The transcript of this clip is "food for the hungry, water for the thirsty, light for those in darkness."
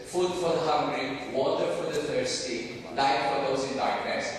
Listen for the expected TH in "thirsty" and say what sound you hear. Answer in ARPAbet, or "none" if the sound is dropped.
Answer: T